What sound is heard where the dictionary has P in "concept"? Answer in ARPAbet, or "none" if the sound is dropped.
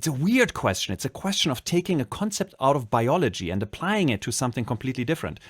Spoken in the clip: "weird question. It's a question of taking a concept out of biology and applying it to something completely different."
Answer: P